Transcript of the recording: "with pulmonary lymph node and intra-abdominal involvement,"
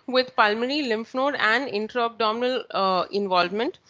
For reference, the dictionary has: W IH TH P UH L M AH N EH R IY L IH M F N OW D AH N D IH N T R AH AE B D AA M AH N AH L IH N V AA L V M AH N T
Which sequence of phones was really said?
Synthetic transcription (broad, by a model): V IH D P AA L M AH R IY L IH M F N OW D AH N D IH N T R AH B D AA M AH N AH L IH N V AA L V M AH N T